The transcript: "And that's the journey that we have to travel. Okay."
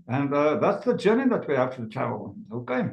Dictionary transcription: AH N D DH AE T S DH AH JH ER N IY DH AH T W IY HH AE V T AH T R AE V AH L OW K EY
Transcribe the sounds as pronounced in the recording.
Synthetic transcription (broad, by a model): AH N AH DH AE T S DH AH JH ER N IY DH AH T W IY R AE F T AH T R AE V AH L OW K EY